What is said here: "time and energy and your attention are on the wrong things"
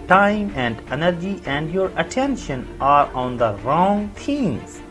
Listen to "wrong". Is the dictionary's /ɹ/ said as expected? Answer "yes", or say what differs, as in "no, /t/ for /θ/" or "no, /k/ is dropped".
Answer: yes